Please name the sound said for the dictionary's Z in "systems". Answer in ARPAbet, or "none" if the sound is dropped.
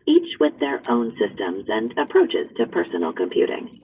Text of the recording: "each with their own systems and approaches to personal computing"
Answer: Z